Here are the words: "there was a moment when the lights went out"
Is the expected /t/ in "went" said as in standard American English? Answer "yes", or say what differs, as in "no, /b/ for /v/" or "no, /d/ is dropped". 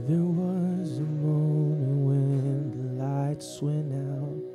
no, /t/ is dropped